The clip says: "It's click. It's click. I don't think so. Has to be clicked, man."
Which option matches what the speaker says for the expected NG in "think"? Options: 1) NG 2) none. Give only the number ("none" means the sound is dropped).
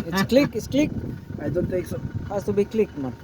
2